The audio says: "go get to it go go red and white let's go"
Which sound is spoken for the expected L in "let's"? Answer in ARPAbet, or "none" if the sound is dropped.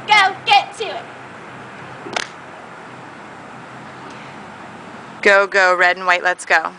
L